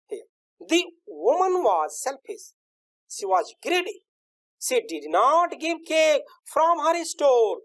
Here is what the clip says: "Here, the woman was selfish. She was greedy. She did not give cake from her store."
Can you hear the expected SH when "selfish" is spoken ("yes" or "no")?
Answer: no